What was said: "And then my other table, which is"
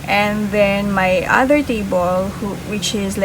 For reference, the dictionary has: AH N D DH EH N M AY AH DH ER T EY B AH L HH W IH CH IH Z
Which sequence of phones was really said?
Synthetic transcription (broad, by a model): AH N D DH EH N M AY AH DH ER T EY B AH L HH W IH CH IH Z